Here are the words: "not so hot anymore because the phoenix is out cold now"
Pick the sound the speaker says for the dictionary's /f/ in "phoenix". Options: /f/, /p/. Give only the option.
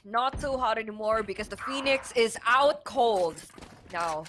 /f/